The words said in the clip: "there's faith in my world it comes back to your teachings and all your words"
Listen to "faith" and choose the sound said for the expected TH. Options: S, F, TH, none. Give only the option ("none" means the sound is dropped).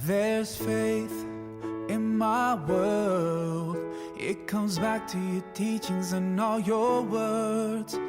TH